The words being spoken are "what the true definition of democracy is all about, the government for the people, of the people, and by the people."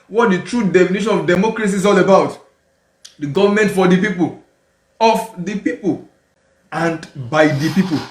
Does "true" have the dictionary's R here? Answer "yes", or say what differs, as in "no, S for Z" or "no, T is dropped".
yes